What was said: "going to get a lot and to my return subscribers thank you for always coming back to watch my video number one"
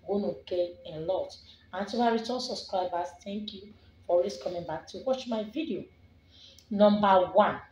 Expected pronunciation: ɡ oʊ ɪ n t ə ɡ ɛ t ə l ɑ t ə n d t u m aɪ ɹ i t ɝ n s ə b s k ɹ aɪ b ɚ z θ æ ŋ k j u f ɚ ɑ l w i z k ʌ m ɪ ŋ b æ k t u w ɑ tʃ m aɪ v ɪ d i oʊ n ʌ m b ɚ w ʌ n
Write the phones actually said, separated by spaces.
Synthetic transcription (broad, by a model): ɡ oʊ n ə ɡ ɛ ə l ɑ t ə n t u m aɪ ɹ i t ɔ s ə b s k ɹ aɪ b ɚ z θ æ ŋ k j u f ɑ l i s k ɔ m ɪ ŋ b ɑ k t u w ɑ tʃ m aɪ v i d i oʊ n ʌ m b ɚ w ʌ n